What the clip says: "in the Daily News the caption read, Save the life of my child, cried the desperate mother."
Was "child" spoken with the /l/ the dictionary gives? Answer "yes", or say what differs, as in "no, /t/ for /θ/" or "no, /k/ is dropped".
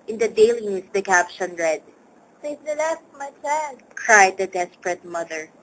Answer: no, /n/ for /l/